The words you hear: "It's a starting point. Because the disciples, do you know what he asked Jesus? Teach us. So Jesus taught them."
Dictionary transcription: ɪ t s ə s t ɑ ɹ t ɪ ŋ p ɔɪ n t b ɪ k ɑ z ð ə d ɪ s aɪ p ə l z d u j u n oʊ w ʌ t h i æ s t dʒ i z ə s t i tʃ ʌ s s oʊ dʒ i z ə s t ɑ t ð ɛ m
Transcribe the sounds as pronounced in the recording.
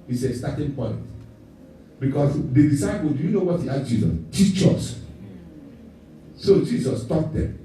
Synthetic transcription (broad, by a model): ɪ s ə s t ɑ t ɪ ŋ p ɔɪ n t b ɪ k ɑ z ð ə d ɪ s aɪ p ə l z d u j u n oʊ w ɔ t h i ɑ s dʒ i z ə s t i tʃ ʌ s s oʊ dʒ i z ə s t ɑ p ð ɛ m